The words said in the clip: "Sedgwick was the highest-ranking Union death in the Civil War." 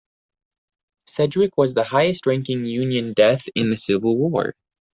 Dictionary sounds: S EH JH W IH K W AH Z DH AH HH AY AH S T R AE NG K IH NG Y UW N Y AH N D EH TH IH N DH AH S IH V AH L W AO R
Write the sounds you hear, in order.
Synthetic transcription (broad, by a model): S EH JH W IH K W AH Z DH AH HH AY AH S T R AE NG K IH NG Y UW N Y AH N D EH TH IH N DH AH S IH V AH L W AO R